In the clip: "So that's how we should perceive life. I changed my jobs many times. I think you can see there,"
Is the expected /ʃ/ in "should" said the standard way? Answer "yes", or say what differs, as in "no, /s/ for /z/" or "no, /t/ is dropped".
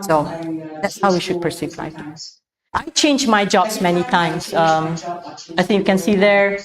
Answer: yes